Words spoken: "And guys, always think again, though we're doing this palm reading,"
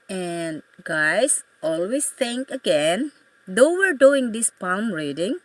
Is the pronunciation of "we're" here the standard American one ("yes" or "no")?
yes